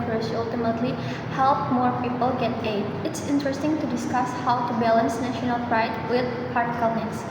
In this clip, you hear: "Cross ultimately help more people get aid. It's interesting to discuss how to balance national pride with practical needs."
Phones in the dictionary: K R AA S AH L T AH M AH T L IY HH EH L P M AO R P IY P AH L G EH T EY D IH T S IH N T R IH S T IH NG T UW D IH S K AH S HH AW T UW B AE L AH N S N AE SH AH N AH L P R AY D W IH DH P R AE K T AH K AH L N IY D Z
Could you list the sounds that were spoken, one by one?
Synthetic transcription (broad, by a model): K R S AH L T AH M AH T L IY HH EH L P M AO R P IY P AH L G EH T EY D IH T S IH N T R IH S T IH NG T UW D IH S K AH S HH AW T UW B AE L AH N S N AE SH AH N AH L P R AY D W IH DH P AA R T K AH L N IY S